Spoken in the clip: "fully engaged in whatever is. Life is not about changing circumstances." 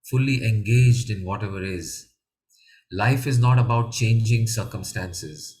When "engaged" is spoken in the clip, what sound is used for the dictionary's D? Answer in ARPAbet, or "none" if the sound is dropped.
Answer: D